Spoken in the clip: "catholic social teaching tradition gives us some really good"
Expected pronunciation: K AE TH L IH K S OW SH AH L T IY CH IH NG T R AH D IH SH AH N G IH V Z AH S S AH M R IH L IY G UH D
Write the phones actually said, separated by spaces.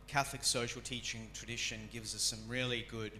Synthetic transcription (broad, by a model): K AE TH L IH K S OW SH L T IY CH IH NG T R AH D IH SH AH N G IH V Z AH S S AH M R IH L IY G UH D